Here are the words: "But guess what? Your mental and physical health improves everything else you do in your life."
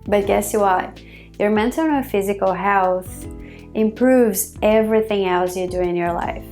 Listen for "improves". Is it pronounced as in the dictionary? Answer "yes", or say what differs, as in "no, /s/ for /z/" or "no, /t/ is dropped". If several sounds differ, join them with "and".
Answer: yes